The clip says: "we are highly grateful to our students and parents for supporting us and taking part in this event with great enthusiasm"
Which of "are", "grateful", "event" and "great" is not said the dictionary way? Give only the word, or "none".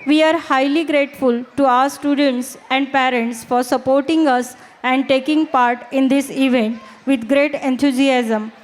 none